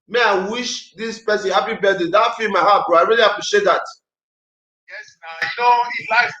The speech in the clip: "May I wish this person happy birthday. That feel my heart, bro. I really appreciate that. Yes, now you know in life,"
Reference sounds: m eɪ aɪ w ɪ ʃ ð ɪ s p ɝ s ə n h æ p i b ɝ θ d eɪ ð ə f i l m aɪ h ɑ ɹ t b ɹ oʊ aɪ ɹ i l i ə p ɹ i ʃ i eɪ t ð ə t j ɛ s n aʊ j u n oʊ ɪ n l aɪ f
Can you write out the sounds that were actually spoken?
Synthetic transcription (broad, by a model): m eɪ aɪ w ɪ ʃ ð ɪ s p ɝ s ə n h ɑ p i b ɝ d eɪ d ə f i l m aɪ h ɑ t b oʊ aɪ ɹ i l i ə p ɹ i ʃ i eɪ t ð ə t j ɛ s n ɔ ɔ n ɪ l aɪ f